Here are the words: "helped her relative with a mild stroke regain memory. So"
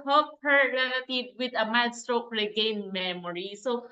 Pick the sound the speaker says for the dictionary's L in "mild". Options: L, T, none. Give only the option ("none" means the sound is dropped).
none